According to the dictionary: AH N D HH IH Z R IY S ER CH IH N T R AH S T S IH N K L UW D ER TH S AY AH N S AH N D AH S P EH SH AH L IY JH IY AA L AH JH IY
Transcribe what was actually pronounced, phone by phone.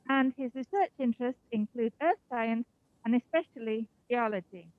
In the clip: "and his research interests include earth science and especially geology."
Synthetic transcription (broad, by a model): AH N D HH IH Z R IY S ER CH IH N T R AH S T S IH N K L UW D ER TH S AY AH N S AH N AH S P EH SH AH L IY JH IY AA L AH JH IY